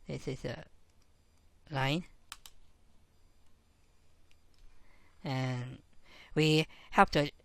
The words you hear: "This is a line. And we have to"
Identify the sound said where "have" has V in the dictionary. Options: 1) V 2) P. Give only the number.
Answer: 2